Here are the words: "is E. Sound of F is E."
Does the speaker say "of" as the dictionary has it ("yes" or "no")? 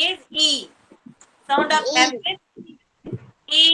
no